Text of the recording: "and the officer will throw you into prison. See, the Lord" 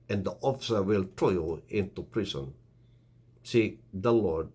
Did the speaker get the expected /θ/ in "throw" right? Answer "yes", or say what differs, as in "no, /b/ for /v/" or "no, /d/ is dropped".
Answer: no, /t/ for /θ/